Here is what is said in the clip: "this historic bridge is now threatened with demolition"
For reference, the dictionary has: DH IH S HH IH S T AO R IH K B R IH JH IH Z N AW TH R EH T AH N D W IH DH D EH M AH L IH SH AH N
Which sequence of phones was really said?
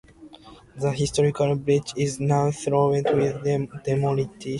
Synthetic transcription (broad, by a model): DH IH HH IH S T AO R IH K B R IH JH IH Z N AW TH R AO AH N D W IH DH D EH M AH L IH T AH